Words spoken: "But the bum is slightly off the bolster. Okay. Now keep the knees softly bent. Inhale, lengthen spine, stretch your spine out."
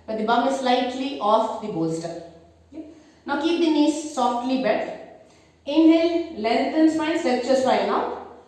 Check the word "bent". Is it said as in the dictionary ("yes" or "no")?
no